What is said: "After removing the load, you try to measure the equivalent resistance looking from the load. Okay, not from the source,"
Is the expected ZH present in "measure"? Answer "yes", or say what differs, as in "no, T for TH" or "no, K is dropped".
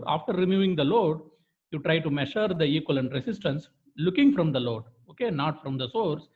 no, SH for ZH